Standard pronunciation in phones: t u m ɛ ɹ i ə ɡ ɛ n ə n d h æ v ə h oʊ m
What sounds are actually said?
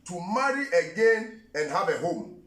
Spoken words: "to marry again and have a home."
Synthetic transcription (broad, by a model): t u m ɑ ɹ i ə ɡ ɛ n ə n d h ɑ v ə h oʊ m